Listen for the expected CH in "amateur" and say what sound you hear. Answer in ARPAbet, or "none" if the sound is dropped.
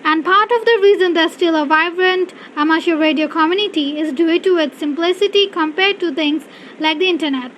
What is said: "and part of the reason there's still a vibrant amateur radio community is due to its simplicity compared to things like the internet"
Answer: SH